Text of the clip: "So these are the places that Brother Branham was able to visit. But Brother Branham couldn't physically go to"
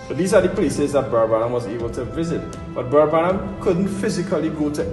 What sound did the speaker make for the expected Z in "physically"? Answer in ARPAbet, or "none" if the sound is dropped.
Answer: Z